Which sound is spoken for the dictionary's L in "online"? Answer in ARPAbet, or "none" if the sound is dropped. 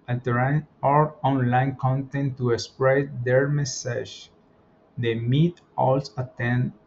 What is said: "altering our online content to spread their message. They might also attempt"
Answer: L